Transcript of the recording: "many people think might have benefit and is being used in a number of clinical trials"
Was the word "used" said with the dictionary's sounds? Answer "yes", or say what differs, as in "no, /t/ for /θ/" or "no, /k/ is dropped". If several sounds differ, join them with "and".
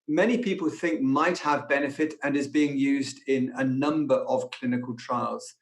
yes